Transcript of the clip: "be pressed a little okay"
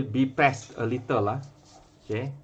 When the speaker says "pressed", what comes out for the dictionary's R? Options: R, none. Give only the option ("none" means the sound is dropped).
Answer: none